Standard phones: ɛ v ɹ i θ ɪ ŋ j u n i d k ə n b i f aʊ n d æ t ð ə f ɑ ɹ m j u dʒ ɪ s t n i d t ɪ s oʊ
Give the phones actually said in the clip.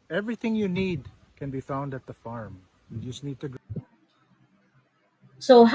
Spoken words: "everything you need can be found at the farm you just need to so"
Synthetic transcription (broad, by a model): ɛ v ɹ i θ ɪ ŋ j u n i d k ə n b i f aʊ n d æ t ð ə f ɑ ɹ m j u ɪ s n i d t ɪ s oʊ